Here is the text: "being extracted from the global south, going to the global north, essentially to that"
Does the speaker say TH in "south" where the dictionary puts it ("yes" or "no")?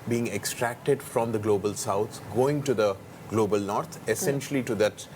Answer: no